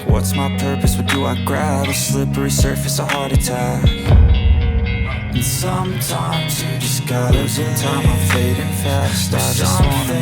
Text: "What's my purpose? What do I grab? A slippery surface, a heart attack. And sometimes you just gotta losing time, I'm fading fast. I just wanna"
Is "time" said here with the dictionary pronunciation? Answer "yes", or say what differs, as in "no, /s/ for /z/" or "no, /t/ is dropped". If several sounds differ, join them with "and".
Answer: no, /m/ is dropped